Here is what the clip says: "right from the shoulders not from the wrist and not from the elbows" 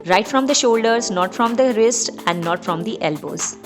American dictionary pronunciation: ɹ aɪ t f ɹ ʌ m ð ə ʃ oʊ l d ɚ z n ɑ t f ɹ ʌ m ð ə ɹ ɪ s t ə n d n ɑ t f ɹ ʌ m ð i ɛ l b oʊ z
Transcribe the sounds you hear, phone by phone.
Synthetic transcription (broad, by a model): ɹ aɪ t f ɹ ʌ m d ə ʃ oʊ l d ɚ z n ɑ t f ɹ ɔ m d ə ɹ ɪ s t ə n d n ɑ t f ɹ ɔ m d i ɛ l b oʊ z